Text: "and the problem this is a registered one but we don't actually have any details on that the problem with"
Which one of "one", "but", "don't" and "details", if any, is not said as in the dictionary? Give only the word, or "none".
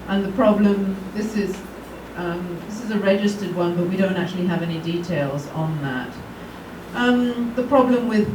none